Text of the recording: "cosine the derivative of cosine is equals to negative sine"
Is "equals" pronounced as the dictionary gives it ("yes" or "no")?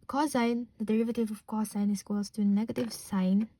no